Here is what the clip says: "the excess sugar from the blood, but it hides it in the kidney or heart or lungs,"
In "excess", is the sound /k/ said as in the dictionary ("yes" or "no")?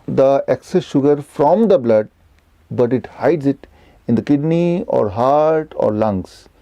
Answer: yes